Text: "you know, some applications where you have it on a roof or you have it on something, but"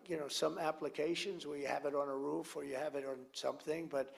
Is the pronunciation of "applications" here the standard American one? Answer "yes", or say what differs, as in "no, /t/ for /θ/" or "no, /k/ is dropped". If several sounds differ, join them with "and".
yes